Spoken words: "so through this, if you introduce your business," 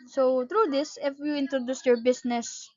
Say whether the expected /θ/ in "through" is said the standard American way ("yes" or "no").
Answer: no